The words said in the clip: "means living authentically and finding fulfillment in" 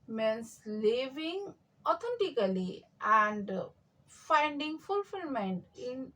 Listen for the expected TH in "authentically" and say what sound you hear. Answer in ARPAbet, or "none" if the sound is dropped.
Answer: T